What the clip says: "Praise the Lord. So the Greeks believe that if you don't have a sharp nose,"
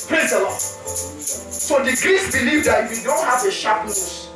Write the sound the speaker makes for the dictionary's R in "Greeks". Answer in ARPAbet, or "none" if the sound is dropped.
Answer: R